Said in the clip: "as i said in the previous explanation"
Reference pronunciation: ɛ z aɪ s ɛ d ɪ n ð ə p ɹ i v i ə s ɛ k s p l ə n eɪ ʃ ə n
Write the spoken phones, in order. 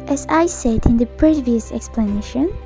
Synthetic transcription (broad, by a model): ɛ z aɪ s ɛ d ɪ n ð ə p ɹ i v i ə s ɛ k s p l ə n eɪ ʃ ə n